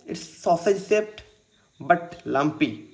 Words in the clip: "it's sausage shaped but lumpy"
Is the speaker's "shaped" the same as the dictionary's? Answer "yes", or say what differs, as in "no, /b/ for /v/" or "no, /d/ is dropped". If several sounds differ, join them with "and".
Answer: no, /s/ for /ʃ/